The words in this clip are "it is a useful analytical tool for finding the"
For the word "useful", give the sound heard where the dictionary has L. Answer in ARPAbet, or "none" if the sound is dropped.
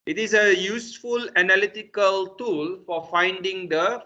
L